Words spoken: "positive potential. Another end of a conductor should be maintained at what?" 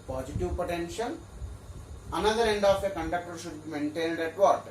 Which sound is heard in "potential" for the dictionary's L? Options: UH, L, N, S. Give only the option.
N